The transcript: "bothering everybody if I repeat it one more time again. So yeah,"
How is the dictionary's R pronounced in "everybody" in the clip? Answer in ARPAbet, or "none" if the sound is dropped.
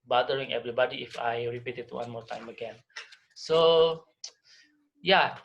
R